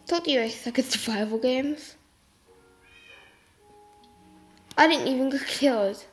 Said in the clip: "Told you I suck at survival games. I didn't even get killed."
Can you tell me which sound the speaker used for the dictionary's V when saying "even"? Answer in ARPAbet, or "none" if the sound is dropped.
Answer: V